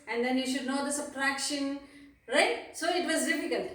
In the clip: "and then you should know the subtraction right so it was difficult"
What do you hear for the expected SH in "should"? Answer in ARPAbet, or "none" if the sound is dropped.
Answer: SH